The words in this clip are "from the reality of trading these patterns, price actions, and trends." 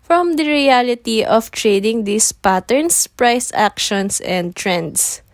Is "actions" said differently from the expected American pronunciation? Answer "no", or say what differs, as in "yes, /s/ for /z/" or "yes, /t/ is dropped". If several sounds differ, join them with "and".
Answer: yes, /s/ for /z/